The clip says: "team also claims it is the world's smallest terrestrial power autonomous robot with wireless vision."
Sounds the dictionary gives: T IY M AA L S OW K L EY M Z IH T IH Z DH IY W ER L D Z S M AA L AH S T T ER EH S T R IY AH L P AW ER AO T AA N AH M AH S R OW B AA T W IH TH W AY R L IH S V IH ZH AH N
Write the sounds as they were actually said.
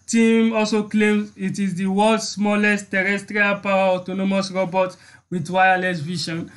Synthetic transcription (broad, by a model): T IY M AA L S OW K L EY M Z IH T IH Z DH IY W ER L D S M AA L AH S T T ER EH S T R IY AH L P AW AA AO T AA N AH M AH S R OW B AA T W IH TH W AY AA L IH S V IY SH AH N